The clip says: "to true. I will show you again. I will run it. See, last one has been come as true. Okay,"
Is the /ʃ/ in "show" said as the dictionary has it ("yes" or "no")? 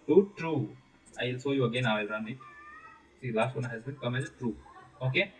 no